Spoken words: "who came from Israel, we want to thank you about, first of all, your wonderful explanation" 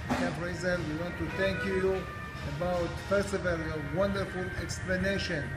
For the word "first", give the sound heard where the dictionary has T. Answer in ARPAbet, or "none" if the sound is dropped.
none